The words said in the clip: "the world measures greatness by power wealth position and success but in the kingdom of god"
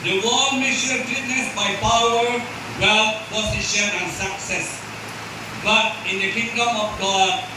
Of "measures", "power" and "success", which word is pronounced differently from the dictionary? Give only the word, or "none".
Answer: measures